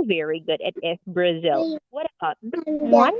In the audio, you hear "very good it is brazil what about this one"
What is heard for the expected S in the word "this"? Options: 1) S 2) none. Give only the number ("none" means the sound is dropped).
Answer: 2